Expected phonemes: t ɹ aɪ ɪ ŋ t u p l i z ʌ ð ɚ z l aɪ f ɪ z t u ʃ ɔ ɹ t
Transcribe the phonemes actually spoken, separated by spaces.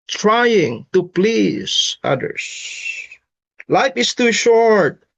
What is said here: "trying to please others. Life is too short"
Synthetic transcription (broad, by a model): t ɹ aɪ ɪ ŋ t u p l i z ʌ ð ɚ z l aɪ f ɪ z t u ʃ ɔ ɹ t